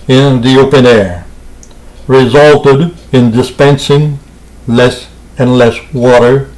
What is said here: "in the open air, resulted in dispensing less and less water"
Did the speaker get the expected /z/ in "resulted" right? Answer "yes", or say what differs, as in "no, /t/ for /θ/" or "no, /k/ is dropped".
yes